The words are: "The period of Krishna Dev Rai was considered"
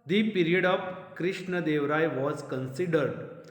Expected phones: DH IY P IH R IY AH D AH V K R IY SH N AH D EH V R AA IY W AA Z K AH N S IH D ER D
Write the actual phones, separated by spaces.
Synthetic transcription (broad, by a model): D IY P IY R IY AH D AH V K R IY SH N AH D EH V R AA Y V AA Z K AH N S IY D ER D